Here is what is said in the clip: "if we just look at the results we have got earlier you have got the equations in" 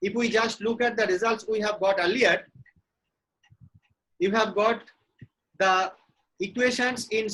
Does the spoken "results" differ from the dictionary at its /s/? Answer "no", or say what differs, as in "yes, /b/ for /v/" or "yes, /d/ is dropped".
no